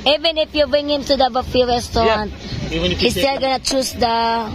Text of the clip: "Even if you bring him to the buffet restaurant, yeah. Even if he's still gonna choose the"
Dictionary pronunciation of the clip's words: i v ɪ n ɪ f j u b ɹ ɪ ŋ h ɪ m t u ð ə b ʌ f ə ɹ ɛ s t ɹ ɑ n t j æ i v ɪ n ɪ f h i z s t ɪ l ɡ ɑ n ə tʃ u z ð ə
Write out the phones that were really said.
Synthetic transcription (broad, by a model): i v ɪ n ɪ f j u b ɹ ɪ ŋ h ɪ m t u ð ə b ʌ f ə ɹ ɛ s t ɑ t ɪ n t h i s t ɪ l ɡ ɑ n ə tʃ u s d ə